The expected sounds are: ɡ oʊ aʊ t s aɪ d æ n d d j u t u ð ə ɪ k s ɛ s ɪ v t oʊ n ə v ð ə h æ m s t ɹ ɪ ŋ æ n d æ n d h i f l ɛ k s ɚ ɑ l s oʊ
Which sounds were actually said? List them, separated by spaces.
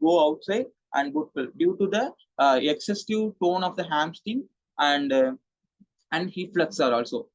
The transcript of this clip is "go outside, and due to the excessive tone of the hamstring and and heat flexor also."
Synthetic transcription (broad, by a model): ɡ oʊ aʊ t s aɪ d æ n d d j u t u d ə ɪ k s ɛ s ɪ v t oʊ n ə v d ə h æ m s t ɪ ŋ æ n d æ n d h i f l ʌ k s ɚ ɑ l s oʊ